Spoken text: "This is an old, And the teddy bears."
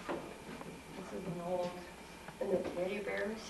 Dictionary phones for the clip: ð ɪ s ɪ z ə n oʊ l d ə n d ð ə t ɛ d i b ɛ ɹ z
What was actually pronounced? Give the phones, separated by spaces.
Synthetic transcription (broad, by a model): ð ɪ s ɪ z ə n oʊ l d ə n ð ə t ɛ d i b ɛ ɹ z